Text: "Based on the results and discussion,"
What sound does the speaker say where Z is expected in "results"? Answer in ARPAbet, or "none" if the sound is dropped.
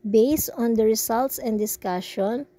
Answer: S